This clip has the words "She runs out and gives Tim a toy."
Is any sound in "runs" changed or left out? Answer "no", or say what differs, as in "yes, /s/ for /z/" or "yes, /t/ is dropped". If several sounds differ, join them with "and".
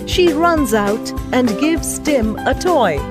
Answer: no